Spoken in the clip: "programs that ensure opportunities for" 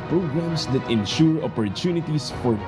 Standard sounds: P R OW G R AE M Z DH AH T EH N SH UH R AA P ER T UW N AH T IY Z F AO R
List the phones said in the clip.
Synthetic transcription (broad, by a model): P R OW G R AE M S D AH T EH N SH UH R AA P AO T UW N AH T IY S F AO R